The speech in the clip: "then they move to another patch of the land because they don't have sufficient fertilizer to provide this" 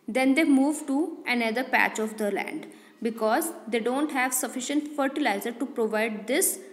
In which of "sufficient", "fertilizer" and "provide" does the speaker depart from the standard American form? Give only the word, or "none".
none